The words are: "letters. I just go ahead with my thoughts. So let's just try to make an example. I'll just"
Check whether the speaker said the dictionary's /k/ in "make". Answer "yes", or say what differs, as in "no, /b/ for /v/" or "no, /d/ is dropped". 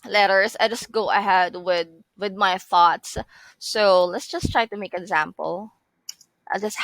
no, /k/ is dropped